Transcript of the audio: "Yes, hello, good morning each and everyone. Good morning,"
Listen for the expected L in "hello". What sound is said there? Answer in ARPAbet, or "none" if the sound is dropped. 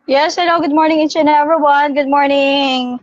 N